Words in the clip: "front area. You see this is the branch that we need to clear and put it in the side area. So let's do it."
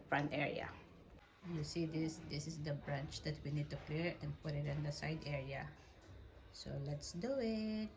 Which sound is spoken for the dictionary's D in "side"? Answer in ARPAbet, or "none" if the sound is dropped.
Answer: D